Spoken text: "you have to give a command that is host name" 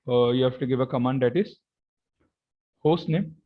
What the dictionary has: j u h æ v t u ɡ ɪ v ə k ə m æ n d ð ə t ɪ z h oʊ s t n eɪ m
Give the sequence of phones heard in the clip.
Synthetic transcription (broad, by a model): j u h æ f t u ɡ ɪ v ə k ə m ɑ n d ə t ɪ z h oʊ s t n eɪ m